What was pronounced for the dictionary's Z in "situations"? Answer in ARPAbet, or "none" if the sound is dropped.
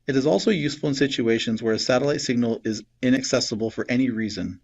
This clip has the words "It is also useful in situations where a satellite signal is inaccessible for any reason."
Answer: Z